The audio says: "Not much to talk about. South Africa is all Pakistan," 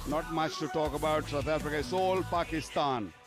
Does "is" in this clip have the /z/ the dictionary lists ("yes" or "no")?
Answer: no